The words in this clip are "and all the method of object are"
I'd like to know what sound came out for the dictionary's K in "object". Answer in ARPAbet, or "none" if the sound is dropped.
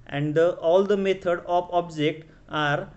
K